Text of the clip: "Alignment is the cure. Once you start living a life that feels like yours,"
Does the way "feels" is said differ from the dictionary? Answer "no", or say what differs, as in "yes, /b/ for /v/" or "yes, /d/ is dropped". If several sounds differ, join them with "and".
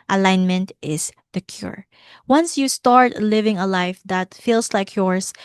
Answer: yes, /s/ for /z/